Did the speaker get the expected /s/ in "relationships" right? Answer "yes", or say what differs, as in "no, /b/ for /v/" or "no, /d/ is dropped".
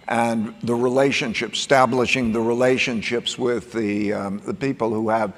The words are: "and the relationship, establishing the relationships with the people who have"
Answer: yes